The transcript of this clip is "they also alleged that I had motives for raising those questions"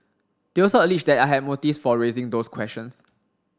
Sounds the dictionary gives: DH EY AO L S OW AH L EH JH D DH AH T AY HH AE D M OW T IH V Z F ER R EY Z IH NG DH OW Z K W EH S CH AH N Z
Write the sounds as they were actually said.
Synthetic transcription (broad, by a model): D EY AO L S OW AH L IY CH D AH T AY HH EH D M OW T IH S F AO R EY Z IH NG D OW S K W EH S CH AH N S